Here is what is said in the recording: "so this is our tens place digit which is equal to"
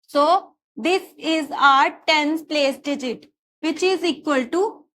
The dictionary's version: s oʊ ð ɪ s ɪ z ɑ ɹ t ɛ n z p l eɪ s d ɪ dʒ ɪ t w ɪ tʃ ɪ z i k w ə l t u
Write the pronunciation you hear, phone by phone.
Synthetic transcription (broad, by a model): s oʊ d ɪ s ɪ z ɑ ɹ t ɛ n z p l eɪ s d ɪ dʒ ɪ t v ɪ tʃ ɪ z i k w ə l t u